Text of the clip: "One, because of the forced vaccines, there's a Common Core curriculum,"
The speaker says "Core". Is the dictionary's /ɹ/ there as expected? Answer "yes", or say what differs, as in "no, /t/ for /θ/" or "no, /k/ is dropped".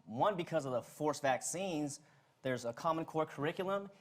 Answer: yes